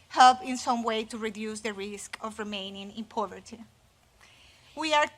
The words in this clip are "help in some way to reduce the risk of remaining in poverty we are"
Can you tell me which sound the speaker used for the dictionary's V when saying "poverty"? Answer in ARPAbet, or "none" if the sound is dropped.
V